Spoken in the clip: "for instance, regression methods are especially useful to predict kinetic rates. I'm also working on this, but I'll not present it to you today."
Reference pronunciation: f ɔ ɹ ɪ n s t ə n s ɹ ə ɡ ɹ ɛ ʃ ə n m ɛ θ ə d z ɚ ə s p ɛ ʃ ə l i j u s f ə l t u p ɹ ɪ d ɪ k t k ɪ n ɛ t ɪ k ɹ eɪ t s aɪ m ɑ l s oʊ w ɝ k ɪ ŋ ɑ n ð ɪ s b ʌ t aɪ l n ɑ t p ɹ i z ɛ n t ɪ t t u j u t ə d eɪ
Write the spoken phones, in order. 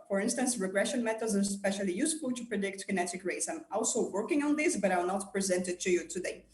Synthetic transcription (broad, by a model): f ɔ ɹ ɪ n s t ə n s ɹ ə ɡ ɹ ɛ ʃ ə n m ɛ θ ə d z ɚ s p ɛ ʃ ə l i j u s f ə l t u p ɹ ɪ d ɪ k t k ɪ n ɛ t ɪ k ɹ eɪ t s aɪ m ɑ l s oʊ w ɝ k ɪ ŋ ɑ n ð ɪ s b ʌ t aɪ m n ɑ t p ɹ i z ɛ n t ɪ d t u j u t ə d eɪ